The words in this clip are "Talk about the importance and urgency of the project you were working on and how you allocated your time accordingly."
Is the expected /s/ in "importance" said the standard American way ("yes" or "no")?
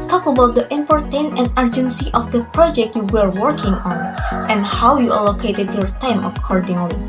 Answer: no